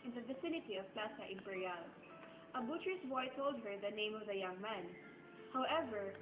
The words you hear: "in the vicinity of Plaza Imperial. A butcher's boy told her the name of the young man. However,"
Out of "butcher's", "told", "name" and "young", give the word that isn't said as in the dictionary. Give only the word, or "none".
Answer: butcher's